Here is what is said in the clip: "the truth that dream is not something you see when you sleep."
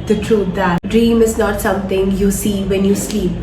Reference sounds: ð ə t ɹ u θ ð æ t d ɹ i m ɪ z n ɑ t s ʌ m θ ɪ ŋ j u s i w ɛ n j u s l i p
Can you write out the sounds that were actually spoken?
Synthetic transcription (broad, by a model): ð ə t ɹ u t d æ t d ɹ i m ɪ z n ɑ t s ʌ m t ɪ ŋ j u s i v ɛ n j u s l i p